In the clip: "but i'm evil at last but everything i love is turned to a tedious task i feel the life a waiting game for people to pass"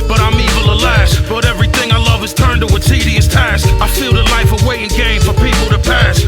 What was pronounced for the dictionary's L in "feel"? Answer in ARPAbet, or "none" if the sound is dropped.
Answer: L